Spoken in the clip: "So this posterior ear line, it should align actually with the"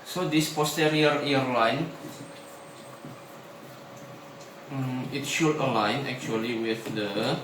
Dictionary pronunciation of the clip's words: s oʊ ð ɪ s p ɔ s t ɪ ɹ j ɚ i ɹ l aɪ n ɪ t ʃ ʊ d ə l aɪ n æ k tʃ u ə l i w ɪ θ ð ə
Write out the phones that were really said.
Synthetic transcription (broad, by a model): s oʊ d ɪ s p ɔ s t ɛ ɹ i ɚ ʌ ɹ l aɪ n ɪ t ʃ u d ə l aɪ n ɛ k tʃ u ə l i w ɪ θ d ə